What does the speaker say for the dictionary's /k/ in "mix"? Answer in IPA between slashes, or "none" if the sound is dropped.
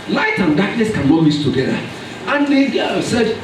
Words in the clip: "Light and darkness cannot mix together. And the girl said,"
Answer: none